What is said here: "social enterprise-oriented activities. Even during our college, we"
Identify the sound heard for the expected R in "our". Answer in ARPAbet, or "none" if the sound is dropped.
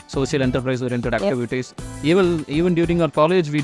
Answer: R